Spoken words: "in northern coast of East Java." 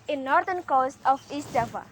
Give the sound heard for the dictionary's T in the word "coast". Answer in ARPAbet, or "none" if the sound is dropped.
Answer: T